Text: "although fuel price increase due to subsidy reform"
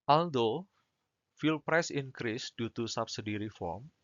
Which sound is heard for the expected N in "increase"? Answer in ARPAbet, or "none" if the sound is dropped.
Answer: N